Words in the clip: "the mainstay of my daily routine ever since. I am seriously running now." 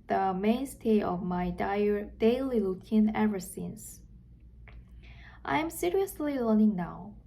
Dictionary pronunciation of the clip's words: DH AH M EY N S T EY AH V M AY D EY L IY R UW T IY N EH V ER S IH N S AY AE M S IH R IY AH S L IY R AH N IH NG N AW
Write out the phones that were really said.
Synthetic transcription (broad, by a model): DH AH M EY N S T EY AH V M AY D EY L IY L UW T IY N EH V ER S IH N S AY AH M S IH R IY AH S L IY L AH N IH NG N AW